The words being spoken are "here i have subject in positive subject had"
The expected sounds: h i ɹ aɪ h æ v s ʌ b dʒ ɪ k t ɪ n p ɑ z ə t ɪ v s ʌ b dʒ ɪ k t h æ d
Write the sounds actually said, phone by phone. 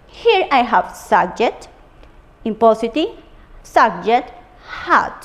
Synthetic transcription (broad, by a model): h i ɹ aɪ h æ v s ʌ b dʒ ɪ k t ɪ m p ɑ s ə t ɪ s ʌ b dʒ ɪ t h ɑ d